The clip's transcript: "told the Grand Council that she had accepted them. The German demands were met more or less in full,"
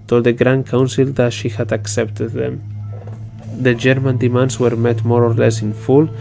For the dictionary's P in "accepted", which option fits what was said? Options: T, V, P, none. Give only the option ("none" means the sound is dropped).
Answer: P